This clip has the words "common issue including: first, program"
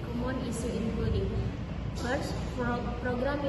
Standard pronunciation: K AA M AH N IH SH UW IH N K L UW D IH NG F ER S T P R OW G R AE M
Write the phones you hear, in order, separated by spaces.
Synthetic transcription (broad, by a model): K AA M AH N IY S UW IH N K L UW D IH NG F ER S P R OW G R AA M